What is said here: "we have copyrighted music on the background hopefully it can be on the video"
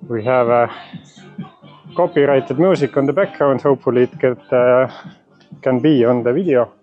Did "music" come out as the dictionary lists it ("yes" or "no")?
no